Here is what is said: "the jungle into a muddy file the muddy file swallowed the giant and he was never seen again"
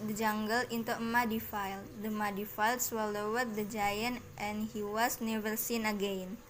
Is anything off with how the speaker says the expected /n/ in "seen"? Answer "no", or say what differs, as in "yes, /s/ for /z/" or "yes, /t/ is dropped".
no